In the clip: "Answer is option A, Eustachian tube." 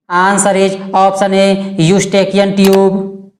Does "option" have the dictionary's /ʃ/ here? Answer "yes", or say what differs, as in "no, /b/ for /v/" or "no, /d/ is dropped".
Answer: no, /s/ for /ʃ/